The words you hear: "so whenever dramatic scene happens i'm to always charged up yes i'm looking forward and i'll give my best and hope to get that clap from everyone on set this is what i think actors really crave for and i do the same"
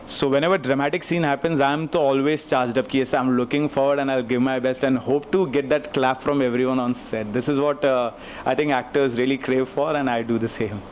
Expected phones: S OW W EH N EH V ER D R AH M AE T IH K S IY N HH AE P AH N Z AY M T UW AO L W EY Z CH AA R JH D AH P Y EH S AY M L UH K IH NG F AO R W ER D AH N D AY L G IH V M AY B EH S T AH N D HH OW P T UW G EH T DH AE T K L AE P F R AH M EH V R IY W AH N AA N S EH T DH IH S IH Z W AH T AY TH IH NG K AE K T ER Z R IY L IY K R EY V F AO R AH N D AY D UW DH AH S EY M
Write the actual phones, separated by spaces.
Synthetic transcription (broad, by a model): S OW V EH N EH V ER D R AH M AE T IH K S IY N HH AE P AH N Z AY M T UW AO L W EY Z CH AA R JH D AH P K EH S AY M L UH K IH NG F AO R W ER D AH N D AY L G IH V M AY B EH S T AH N D HH OW P T UW G EH T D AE T K L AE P F R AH M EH V R IY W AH N AA N S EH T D IH S IH Z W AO T AY T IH NG K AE K T ER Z R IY L IY K R EY V F AO R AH N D AY D UW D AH S EY M